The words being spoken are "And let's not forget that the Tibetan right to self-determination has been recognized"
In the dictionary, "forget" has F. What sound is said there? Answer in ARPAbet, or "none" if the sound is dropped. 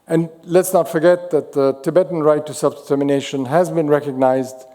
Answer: F